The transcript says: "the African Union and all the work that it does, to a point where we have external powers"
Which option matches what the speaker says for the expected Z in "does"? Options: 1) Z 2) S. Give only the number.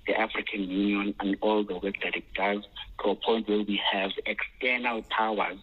1